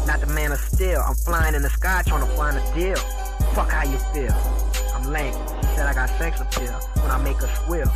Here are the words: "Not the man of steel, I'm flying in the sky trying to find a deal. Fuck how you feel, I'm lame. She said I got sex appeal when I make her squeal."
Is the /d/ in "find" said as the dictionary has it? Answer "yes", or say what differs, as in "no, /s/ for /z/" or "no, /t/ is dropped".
no, /d/ is dropped